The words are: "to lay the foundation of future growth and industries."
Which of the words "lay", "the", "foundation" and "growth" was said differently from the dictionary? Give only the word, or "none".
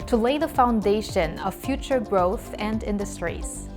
none